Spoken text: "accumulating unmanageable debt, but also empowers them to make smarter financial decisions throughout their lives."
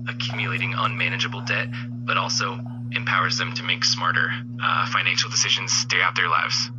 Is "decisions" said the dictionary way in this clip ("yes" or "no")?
yes